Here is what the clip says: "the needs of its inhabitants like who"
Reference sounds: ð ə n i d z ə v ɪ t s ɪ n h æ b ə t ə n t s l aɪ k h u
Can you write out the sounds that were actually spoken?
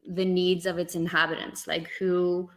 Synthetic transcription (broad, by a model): ð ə n i d z ə v ɪ t s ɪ n h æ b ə t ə n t s l aɪ k h u